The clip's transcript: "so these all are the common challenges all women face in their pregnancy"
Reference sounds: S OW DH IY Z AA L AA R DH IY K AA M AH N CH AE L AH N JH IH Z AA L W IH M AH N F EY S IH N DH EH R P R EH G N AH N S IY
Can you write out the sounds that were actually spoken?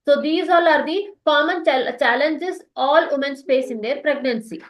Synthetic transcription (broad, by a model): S OW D IY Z AA L AA R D IY K AA M AH N CH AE L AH N JH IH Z AA L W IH M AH N P EY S IH N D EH R P R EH G N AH N S IY